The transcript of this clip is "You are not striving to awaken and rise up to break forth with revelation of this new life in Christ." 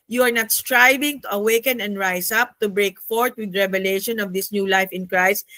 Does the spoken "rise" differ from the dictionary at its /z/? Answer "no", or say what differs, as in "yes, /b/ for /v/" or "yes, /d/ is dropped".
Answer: yes, /s/ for /z/